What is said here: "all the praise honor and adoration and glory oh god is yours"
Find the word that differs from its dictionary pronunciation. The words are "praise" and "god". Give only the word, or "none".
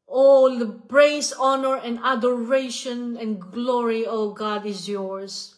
praise